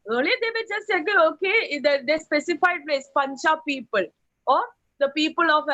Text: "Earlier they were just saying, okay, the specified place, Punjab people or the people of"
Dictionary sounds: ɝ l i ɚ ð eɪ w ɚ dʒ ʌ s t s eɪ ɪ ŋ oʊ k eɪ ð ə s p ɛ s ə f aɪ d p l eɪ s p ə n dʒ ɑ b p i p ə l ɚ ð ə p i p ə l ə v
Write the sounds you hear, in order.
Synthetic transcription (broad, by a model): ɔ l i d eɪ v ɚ dʒ ʌ s t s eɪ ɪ oʊ k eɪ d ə s p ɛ s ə f aɪ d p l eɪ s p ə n tʃ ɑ p i p ə l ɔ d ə p i p ə l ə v